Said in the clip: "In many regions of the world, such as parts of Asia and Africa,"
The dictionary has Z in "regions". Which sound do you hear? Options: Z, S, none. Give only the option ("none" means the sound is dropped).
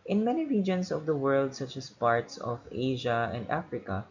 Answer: S